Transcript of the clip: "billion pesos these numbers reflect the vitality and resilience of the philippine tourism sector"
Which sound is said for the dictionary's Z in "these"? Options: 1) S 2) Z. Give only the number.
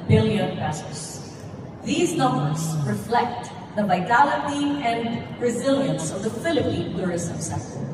2